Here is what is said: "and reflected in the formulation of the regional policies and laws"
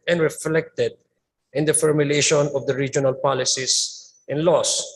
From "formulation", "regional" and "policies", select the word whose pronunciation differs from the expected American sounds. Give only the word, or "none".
policies